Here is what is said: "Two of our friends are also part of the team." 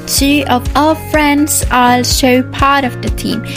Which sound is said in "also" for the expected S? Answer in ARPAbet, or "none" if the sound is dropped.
SH